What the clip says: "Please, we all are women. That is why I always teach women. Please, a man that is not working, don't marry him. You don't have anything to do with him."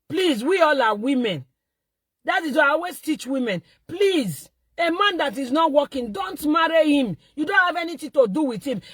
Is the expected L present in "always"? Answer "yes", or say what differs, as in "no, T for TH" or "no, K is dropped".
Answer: no, L is dropped